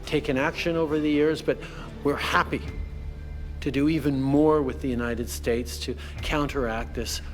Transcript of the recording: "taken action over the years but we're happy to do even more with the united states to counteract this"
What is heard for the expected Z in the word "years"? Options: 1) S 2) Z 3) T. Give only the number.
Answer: 2